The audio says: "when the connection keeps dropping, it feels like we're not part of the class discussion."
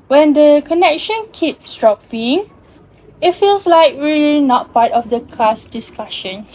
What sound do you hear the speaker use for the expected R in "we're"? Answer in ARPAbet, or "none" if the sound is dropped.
L